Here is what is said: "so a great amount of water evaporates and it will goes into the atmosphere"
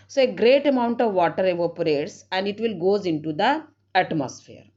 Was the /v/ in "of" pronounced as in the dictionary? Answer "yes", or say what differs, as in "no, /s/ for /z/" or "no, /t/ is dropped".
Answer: yes